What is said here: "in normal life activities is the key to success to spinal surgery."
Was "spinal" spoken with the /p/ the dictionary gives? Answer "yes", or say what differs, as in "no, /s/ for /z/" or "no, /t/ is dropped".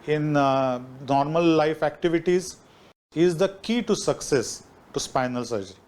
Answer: yes